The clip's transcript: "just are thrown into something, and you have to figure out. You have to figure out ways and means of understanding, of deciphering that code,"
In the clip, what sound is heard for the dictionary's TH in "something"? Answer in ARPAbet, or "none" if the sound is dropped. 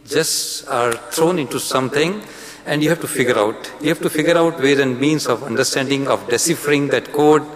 T